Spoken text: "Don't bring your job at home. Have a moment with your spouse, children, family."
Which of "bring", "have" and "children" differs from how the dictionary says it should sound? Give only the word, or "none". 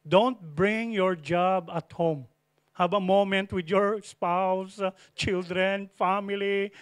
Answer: have